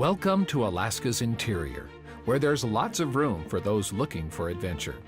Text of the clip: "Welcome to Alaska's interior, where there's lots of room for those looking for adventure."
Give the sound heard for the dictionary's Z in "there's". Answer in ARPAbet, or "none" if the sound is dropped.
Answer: Z